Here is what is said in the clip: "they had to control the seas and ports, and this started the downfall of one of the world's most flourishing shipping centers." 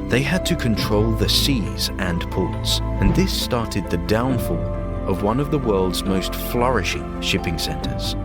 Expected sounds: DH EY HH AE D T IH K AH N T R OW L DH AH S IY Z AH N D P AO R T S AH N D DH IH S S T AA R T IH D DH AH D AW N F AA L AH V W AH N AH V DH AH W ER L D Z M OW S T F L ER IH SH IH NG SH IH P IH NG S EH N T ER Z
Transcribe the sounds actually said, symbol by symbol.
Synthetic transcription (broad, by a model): DH EY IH D T IH K AH N T R OW L DH AH S IY Z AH N P AO R T S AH N DH IH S S T AA R T IH D DH AH D AW N F AA L AH V W AH N AH V DH AH W ER L D Z M OW S T F L ER IH SH IH NG SH IH P IH NG S EH N T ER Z